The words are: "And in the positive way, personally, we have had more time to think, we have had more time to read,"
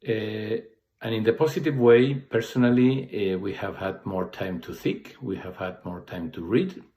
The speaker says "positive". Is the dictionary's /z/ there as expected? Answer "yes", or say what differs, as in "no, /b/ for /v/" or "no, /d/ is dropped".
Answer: no, /s/ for /z/